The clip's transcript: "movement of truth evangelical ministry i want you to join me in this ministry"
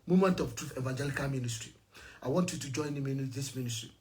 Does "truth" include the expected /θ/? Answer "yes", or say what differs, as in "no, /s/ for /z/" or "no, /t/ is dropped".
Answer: no, /f/ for /θ/